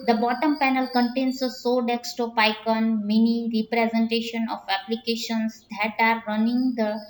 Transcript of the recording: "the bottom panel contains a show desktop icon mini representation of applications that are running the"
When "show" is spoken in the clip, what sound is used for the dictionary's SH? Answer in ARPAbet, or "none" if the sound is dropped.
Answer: S